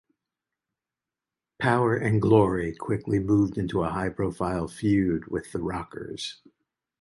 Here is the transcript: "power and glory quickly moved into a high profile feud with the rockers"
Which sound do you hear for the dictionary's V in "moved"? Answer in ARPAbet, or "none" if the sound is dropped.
V